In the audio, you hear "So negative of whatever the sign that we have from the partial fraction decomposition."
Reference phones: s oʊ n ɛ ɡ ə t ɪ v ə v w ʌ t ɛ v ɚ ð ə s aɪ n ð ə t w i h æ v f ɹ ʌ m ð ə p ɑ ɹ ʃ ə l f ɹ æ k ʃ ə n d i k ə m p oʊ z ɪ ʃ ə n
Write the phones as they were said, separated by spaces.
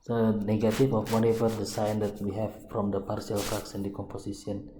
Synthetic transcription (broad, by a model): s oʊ n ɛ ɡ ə t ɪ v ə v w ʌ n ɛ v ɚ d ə s aɪ n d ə t w i h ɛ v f ɹ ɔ m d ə p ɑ ɹ s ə l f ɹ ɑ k s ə n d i k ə m p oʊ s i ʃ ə n